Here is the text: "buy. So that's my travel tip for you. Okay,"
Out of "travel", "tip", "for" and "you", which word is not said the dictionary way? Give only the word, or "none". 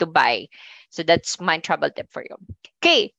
travel